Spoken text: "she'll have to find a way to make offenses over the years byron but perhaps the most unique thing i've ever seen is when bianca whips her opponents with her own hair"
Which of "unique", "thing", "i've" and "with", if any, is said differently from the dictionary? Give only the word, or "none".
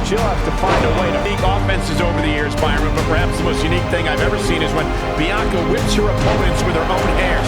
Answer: none